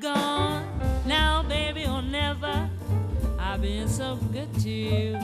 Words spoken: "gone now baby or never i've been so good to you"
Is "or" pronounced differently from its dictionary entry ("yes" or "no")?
yes